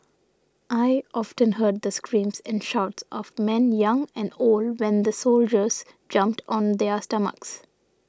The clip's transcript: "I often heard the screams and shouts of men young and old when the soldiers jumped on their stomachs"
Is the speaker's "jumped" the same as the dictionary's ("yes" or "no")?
yes